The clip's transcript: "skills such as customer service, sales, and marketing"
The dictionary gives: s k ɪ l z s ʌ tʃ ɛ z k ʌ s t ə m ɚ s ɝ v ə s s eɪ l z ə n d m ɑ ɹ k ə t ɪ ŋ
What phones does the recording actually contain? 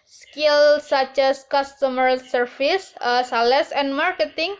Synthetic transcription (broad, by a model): s k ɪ l s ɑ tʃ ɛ s k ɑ s t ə m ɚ s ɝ f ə s s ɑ l s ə n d m ɑ ɹ k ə t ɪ ŋ